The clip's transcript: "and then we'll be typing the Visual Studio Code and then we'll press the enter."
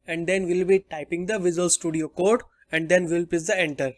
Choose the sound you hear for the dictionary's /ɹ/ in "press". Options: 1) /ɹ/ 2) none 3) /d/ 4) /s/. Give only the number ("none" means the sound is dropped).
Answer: 2